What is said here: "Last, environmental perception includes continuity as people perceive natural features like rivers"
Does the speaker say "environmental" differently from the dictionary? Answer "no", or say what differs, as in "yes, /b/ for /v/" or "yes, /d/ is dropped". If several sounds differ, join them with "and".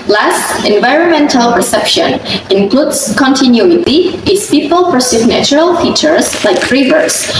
no